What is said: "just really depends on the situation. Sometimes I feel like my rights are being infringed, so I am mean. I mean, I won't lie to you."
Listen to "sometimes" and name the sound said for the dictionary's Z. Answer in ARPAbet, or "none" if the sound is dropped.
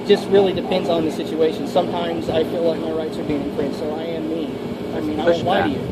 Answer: Z